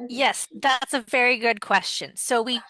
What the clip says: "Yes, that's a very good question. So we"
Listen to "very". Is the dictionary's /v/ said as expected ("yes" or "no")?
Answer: yes